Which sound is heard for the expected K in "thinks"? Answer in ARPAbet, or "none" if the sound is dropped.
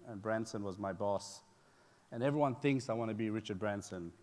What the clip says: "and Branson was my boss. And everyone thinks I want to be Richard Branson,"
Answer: K